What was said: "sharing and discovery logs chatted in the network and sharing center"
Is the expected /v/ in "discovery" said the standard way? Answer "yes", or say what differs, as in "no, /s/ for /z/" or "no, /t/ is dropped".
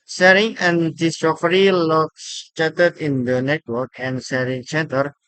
no, /f/ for /v/